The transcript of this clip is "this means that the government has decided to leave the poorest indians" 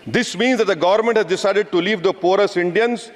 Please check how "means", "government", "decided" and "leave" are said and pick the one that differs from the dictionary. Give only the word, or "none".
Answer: none